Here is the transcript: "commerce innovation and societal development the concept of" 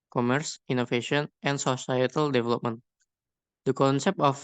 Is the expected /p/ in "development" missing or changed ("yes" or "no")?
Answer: no